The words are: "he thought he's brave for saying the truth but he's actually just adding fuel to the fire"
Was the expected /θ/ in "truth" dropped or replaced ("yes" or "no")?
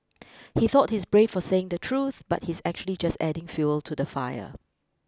no